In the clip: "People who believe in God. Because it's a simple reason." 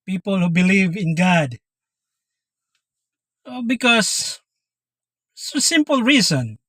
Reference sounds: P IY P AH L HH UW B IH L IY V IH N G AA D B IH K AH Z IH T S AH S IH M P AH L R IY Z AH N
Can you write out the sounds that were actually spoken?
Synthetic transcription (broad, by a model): P IY P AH L HH UW B IH L IY V IH N G AA D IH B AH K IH S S AH S IH M P AH L R IY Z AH N